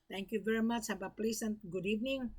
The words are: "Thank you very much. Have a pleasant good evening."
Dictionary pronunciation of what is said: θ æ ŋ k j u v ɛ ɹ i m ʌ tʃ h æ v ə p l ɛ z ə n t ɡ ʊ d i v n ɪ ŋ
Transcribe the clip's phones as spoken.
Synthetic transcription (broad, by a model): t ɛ ŋ k j u v ɛ ɹ i m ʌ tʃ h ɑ b ə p l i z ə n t ɡ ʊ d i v n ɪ ŋ